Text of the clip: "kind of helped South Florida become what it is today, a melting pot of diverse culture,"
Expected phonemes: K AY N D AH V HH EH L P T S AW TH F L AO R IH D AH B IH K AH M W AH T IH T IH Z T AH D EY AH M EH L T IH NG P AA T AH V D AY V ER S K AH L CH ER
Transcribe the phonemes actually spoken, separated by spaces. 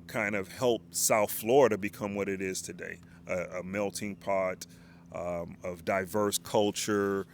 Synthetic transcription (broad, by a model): K AY N D AH V HH EH L P S AW TH F L AO R IH D AH B IH K AH M W AH T IH T IH Z T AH D EY AH M EH L T IH NG P AA T AH V D AY V ER S K AH L CH ER